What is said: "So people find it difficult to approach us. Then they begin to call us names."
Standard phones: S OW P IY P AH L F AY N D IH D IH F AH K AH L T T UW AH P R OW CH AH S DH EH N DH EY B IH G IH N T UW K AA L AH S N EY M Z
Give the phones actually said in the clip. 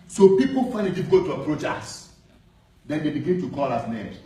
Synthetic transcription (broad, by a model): S OW P IY P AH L F AY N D IH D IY F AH K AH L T T UW AH P R OW CH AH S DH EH N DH EY B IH G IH N T UW K AA L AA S N EY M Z